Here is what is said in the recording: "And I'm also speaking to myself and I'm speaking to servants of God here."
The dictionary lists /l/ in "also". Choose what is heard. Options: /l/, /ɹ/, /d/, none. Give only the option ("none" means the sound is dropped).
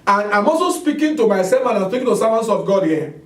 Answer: none